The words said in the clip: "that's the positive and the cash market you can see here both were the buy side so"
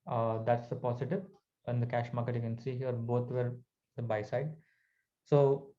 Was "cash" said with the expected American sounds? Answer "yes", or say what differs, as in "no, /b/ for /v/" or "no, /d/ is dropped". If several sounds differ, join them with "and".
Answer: yes